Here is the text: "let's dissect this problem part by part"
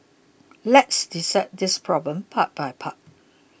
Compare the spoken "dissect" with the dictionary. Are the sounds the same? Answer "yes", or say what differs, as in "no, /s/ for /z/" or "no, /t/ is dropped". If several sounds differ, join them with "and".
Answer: no, /k/ is dropped